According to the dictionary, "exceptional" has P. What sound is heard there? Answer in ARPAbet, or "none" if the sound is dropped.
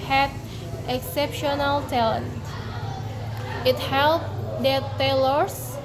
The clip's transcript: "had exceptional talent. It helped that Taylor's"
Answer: P